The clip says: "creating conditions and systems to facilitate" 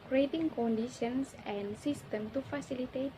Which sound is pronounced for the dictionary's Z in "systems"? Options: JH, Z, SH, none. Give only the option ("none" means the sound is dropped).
none